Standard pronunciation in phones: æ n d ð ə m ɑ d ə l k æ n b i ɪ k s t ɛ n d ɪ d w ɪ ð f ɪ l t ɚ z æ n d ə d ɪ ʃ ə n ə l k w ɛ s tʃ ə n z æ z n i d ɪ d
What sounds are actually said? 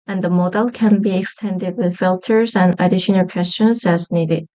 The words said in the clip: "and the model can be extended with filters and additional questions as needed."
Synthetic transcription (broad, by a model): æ n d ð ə m ɑ d ə l k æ n b i ɪ k s t ɛ n d ɪ d w ɪ ð f ɪ l t ɚ z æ n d ə d ɪ ʃ ə n ə l k w ɛ s tʃ ə n z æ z n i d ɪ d